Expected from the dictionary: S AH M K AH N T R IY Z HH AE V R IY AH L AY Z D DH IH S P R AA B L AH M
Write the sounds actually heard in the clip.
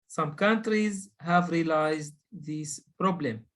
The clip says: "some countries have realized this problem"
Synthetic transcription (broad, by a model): S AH M K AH N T R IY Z HH AE V R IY L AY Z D DH IH S P R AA B L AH M